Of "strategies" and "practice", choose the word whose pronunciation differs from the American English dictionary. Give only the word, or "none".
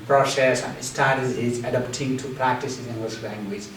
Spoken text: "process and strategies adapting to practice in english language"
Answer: strategies